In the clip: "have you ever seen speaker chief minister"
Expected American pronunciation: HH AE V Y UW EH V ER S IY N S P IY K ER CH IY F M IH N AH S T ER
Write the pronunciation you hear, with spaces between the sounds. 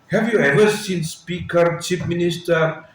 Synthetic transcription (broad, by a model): HH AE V Y UW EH V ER S IY N S P IY K ER CH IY P M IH N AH S T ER